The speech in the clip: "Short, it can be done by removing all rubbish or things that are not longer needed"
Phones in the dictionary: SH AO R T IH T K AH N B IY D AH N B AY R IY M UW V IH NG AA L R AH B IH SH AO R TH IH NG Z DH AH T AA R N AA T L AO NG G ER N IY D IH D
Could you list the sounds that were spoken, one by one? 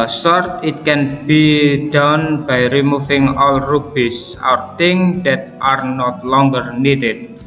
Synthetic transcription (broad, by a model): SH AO R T IH T K AH N B IY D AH N B AY R IY M UW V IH NG AA L R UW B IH S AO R T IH NG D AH T AA R N AA T L AO NG G ER N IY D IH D